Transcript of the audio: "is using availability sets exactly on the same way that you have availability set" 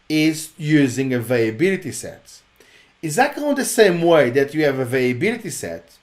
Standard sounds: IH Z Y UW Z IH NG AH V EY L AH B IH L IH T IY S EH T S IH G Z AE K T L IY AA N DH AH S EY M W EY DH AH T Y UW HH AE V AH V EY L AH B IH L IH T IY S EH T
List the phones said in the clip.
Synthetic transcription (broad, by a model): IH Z Y UW Z IH NG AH V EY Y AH B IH L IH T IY S EH T IH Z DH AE T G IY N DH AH S EY M W EY DH AH T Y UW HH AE V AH V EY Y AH B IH L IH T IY S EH T